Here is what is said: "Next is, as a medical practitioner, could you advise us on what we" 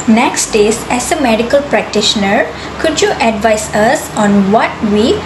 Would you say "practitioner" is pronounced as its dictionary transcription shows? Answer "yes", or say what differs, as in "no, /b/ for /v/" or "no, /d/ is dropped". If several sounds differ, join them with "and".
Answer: yes